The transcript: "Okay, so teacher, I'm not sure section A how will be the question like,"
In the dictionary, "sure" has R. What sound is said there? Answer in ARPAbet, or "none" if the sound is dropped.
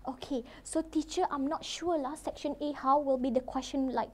L